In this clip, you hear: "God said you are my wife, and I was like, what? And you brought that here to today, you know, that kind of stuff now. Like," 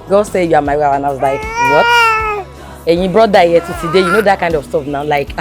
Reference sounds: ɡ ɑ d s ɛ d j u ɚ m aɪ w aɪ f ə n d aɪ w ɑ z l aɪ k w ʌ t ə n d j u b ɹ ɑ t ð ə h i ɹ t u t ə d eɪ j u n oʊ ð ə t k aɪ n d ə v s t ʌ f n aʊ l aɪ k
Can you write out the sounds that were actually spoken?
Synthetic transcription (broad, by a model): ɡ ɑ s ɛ j u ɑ m aɪ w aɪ ə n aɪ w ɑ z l aɪ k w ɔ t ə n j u b ɹ ɑ t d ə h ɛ t u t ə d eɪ j u n oʊ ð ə t k aɪ n d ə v s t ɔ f n aʊ l aɪ k